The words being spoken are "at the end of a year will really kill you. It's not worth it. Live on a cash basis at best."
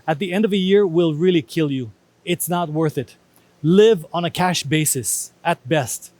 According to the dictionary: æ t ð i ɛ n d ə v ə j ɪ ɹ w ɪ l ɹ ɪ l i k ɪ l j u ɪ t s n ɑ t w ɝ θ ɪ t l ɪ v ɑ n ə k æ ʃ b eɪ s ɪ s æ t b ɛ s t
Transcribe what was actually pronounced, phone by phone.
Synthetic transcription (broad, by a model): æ t ð i ɛ n d ə v ə j ɪ ɹ w ɪ l ɹ ɪ l i k ɪ l j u ɪ t s n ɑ t w ɝ θ ɪ t l ɪ v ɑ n ə k æ ʃ b eɪ s ɪ s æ t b ɛ s t